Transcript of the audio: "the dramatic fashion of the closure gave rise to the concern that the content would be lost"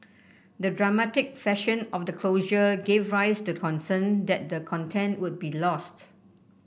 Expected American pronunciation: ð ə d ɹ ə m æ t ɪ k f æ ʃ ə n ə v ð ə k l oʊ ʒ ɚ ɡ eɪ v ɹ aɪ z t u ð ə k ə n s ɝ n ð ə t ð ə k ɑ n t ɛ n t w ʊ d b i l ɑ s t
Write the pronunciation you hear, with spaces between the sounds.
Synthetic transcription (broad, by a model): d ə d ɹ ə m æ t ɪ k f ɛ ʃ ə n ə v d ə k l oʊ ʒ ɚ ɡ eɪ v ɹ aɪ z t u k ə n s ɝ n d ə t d ə k ɑ n t ɛ n t w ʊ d b i l ɑ s t